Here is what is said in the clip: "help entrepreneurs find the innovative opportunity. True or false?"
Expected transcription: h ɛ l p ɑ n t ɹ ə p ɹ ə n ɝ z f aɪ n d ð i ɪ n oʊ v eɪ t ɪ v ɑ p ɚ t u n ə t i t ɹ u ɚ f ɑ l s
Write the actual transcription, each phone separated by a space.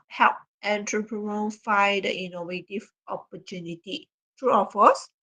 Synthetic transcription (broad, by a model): h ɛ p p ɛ n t ɹ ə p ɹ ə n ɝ f aɪ d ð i n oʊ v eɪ t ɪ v ɑ p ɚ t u n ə t i t ɹ u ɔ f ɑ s